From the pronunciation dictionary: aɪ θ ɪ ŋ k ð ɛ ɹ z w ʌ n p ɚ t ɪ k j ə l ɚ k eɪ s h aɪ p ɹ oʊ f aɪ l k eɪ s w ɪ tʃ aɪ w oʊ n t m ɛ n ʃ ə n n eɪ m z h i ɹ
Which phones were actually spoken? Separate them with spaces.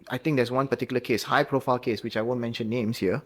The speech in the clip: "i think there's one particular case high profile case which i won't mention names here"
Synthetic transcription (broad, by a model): aɪ t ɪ ŋ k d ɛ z w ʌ n p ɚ t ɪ k j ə l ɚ k eɪ s h aɪ p ɹ oʊ f aɪ l k eɪ s w ɪ tʃ aɪ w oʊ n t m ɛ n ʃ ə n n eɪ m s h i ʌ